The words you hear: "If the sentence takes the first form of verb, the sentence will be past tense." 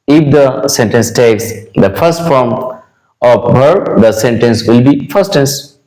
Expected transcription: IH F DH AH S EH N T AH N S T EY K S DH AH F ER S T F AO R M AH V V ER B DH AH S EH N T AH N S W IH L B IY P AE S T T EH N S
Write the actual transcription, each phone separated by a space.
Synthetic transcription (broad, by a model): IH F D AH S EH N T AH N S T EY K S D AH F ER S T F AO R M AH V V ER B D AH S EH N T AH N S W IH L B IY F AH S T T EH N S